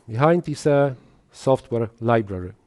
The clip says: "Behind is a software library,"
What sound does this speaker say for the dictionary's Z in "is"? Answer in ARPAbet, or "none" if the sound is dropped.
S